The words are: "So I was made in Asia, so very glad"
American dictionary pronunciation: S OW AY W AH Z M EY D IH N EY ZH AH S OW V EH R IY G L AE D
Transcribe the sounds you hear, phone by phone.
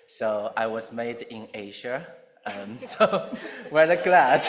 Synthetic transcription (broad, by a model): S OW AY W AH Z M EY D IH N EY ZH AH S OW W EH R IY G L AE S